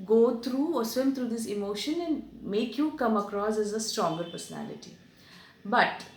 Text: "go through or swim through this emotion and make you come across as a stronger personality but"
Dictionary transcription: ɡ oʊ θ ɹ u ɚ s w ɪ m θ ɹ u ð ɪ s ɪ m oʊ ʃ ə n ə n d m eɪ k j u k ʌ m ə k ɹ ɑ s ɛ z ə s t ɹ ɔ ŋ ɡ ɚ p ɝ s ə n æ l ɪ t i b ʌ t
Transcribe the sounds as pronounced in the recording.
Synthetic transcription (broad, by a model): ɡ oʊ t ɹ u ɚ s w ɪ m t ɹ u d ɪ s ɪ m oʊ ʃ ə n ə n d m eɪ k j u k ʌ m ə k ɹ ɑ s ɛ z ə s t ɹ ɔ ŋ ɡ ɚ p ɝ s ə n æ l ɪ t i b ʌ t